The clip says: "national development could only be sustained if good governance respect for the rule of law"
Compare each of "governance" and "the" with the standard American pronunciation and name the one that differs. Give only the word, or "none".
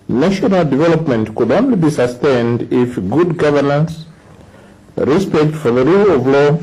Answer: none